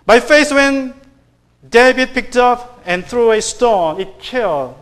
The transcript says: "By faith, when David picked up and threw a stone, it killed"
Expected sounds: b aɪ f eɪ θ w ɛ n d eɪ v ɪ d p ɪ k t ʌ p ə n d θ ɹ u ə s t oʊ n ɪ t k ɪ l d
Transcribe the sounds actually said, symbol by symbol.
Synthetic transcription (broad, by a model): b aɪ f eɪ s w ɛ n d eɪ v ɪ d p ɪ k t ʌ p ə n θ ɹ u ə s t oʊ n ɪ t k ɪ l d